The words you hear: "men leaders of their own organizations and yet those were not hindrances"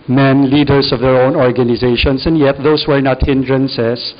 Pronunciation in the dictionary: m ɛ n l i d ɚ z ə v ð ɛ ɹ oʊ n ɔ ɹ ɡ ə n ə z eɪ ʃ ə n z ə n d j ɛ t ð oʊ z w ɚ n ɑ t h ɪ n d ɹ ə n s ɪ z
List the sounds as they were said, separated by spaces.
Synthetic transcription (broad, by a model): m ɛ n l i d ɚ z ə v ð ɛ ɹ oʊ n ɔ ɹ ɡ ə n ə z eɪ ʃ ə n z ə n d j ɛ t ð oʊ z w ɚ n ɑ t h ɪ n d ɹ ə n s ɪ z